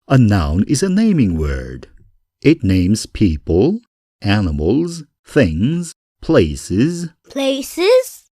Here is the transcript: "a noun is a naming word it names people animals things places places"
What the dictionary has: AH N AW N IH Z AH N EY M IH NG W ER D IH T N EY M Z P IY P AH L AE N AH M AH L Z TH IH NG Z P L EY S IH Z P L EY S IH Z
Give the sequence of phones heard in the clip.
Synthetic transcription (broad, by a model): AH N AW N IH Z AH N EY M IH NG W ER D IH T N EY M Z P IY P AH L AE N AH M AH L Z TH IH NG Z P L EY S IH Z P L EY S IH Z